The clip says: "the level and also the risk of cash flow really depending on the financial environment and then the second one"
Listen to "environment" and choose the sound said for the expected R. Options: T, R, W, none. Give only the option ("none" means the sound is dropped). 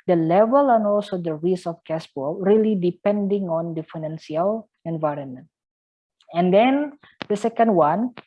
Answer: R